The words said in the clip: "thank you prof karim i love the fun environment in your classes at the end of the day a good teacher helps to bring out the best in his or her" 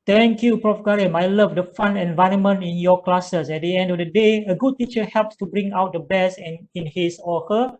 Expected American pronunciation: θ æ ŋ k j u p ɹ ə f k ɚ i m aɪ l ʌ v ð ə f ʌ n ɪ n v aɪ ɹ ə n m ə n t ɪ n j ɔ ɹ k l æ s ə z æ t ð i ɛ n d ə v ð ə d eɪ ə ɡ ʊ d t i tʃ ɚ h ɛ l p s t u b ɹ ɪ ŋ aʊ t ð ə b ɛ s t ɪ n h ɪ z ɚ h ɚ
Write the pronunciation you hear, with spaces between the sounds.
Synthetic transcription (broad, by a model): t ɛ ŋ k j u p ɹ ə f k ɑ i m aɪ l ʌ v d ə f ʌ n ɪ n v aɪ ɹ ə n m ə n t ɪ n j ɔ k l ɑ s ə s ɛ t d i ɛ n d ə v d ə d eɪ ə ɡ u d t i tʃ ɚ h ɛ l p s t u b ɹ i ŋ aʊ t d ə b ɛ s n ɪ n h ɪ s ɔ h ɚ